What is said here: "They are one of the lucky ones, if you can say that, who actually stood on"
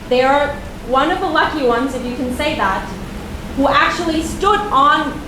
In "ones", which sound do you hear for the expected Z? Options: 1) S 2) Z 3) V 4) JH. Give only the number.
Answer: 2